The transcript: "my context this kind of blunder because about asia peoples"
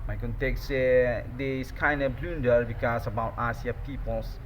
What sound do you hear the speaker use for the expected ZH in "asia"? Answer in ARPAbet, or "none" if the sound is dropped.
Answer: S